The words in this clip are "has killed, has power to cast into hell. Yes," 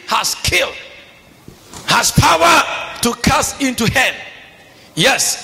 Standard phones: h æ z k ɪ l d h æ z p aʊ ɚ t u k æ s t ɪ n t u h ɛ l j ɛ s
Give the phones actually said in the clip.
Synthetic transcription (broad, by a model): h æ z k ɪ l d h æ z p aʊ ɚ t u k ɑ s ɪ n t u h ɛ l j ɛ s